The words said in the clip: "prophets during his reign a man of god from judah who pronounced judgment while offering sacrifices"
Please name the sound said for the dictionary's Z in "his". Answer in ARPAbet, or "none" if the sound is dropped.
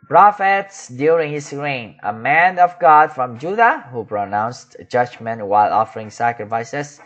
S